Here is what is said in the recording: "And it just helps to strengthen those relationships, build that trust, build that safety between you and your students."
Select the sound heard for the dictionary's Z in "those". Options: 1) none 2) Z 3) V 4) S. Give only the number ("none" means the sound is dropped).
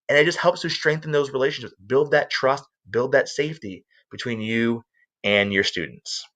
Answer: 2